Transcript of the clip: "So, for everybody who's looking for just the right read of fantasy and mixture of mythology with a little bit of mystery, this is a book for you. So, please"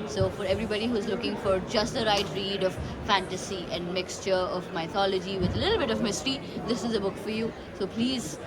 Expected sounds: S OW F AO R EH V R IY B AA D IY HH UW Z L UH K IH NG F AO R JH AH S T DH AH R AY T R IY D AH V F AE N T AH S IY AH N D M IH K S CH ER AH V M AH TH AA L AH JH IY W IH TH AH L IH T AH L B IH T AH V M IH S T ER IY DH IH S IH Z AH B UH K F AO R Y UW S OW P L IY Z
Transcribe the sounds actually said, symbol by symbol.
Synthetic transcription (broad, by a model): S OW F AO R EH V R IY B AA D IY HH UW Z L UH K IH NG F AO R JH AH S T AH R AY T R IY D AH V F AE N T AH S IY AH N D M IH K S CH ER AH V M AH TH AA L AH JH IY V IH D AH L IH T L B IH T AH V M IH S T ER IY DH IH S IH Z AH B UH K F AO R Y UW S OW P L IY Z